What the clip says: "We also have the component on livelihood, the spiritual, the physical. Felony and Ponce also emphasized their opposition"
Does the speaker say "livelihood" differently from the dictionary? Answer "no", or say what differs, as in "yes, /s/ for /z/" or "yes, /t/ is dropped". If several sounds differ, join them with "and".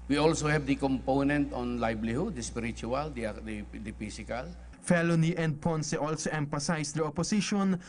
yes, /b/ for /v/